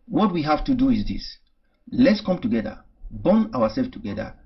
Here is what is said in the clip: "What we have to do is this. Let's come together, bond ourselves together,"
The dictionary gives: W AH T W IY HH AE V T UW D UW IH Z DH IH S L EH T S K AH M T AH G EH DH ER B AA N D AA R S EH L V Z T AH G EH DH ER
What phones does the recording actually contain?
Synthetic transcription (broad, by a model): W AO T W IY HH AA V T UW D UW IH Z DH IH S L EH T S K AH M T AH G EH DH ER B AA N AA W S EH L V T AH G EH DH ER